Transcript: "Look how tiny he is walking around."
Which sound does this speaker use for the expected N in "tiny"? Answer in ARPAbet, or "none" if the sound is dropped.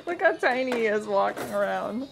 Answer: none